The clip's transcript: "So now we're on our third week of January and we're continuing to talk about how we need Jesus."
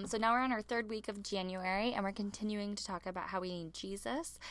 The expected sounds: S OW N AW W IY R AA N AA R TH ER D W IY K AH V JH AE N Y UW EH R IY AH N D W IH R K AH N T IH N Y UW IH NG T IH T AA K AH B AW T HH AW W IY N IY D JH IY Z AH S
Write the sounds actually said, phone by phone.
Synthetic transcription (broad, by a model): S OW N AW W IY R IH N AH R TH ER D W IY K AH V JH AE N Y UW EH R IY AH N W IH R K AH N T IH N Y UW IH NG T IH T AA K AH B AW T HH AW W IY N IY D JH IY Z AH S